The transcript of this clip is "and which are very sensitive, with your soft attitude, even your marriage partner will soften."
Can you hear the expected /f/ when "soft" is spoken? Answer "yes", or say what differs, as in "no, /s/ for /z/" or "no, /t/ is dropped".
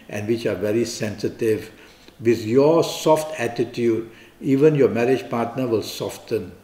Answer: yes